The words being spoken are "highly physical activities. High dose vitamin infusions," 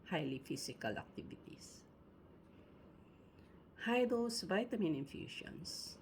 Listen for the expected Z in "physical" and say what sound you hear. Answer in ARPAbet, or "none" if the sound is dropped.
S